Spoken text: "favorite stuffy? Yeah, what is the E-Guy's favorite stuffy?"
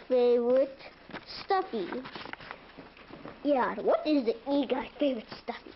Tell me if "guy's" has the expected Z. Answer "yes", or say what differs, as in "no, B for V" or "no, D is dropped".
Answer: no, Z is dropped